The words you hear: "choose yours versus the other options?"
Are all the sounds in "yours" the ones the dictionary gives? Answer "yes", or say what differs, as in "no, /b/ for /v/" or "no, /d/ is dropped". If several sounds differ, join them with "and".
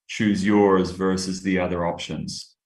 yes